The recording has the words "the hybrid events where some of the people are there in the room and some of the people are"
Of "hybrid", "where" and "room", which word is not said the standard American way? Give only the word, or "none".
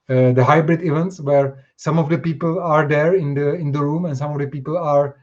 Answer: none